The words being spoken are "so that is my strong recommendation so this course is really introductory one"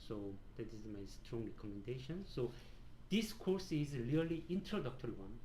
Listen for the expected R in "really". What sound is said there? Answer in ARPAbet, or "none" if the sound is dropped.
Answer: L